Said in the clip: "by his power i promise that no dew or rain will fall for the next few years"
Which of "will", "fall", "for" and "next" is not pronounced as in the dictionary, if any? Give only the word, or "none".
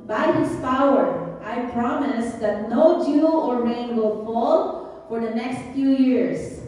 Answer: none